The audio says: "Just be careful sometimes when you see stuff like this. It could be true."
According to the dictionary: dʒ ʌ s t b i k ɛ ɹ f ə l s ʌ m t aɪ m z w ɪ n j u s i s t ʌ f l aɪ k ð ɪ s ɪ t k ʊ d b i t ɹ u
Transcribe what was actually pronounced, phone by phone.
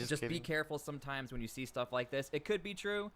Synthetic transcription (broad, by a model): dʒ ʌ s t b i k ɛ ɹ f l s ʌ m t aɪ m z w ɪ n j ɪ s i s t ʌ f l aɪ k ð ɪ s ɪ t k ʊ d b i t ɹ u